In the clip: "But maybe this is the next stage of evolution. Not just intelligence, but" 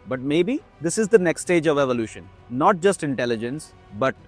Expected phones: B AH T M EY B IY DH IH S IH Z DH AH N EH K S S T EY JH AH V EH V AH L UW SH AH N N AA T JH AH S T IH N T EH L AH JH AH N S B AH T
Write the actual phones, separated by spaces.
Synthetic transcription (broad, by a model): B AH T M EY B IY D IH S IH Z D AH N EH K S S T EY JH AH V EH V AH L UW SH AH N N AA T JH AH S T IH N T EH L AH JH AH N S B AH T